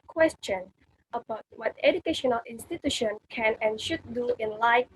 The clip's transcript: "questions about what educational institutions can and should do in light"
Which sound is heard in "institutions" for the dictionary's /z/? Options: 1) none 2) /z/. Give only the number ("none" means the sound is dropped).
1